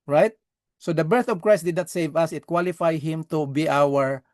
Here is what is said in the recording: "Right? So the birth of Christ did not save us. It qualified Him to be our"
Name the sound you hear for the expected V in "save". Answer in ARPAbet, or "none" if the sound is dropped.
V